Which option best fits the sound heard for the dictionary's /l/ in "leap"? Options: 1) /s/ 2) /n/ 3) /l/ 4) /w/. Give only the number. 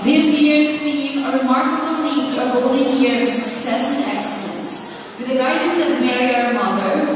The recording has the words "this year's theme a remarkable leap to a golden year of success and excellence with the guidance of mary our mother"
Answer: 2